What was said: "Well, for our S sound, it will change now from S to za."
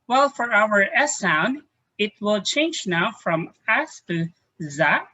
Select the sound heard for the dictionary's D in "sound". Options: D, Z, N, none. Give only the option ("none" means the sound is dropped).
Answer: D